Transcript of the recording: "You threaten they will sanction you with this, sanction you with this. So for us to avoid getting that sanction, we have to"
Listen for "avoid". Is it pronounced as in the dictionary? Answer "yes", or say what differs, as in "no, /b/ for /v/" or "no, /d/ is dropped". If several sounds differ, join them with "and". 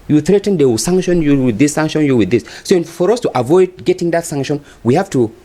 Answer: yes